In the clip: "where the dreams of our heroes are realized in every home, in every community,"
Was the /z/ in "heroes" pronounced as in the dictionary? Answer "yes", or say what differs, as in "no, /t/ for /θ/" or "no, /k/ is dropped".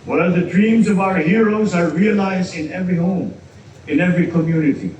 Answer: yes